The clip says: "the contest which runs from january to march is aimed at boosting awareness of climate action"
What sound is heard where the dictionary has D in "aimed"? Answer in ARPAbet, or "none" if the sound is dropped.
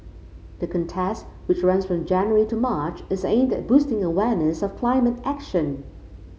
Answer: D